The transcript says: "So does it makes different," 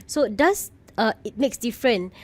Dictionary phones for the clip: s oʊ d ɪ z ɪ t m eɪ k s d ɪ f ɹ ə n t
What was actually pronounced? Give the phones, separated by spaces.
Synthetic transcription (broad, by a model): s oʊ d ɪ s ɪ t m eɪ k s d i f ɹ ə n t